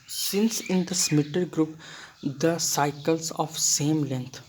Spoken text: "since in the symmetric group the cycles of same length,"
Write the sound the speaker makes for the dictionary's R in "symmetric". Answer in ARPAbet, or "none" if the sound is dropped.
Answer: none